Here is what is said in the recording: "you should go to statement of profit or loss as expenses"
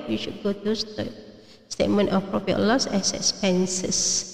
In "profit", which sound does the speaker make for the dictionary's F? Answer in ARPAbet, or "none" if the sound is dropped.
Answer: P